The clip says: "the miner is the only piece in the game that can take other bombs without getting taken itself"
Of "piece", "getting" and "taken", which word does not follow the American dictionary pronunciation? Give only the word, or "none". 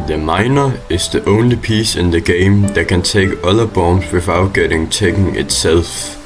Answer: taken